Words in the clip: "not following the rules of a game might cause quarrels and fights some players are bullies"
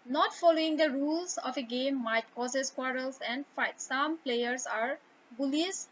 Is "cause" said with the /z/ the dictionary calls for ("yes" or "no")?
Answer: no